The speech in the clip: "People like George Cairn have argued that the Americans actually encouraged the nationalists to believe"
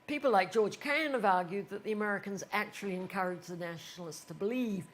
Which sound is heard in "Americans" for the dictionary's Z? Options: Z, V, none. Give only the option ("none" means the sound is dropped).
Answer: Z